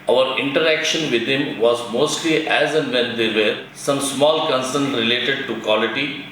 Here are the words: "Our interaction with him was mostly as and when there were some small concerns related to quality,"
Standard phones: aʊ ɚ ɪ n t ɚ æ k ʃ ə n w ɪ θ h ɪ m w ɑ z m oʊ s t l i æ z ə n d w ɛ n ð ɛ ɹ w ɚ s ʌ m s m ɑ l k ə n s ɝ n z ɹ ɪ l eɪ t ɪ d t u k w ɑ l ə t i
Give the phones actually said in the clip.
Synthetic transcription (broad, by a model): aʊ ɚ ɪ n t ɚ æ k ʃ ə n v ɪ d h ɪ m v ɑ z m oʊ s t l i æ z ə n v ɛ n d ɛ ɹ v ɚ s ʌ m s m ɑ l k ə n s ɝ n ɹ ɪ l eɪ t ɪ d t u k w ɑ l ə t i